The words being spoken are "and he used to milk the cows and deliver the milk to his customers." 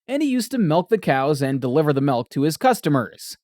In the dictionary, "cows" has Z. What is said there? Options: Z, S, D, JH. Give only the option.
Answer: Z